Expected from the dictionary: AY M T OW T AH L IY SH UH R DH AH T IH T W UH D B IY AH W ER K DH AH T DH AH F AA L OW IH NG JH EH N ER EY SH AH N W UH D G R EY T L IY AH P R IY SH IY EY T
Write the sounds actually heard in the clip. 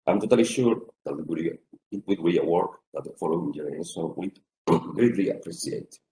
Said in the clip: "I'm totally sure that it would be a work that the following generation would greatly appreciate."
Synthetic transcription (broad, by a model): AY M T OW T AH L IY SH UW R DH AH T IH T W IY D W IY AH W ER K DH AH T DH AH F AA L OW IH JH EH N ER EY S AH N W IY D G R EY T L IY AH P R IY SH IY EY T